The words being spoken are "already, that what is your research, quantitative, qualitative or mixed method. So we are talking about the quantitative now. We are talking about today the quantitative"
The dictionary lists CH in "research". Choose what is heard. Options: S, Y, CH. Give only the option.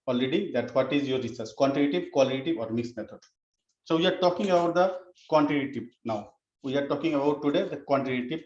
S